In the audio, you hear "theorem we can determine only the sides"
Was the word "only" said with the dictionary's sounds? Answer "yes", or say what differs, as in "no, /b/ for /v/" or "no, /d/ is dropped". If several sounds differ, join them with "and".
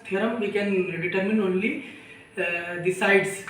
yes